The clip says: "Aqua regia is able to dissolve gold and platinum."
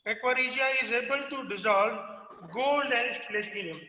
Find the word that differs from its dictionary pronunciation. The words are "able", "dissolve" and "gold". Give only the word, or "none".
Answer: gold